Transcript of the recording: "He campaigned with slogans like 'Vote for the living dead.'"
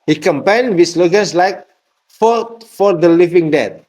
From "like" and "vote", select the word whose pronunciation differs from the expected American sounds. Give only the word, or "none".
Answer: vote